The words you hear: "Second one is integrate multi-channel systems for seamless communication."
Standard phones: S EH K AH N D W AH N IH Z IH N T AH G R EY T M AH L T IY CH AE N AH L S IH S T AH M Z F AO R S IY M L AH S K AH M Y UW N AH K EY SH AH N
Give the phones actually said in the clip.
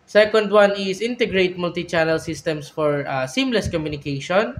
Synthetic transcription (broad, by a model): S EH K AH N D W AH N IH S IH N T AH G R EY T M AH L T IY CH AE N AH L S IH S T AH M S F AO R S IY M L AH S K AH M Y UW N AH K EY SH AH N